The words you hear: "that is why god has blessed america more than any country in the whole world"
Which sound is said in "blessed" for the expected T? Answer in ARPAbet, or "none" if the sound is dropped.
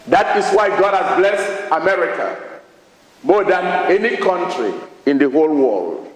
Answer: T